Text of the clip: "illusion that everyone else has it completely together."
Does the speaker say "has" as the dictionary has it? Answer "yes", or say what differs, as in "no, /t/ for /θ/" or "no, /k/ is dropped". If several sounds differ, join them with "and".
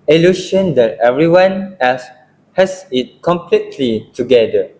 no, /s/ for /z/